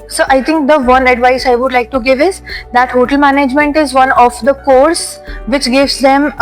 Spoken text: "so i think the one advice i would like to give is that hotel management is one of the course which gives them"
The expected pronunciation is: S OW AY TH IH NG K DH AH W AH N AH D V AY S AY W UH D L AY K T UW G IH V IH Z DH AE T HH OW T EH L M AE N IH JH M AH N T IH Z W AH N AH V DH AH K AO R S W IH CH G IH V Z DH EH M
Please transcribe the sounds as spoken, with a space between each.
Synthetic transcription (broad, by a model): S OW AY T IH NG K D AH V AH N AH D V AY S AY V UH D L AY K T UW G IH V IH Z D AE T HH OW T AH L M AE N IH JH M AH N T IH Z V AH N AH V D AH K AO R S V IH CH G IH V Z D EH M